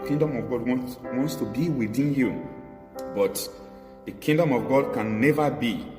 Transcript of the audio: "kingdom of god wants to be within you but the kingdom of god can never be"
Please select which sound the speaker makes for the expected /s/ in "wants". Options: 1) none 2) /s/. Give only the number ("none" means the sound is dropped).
2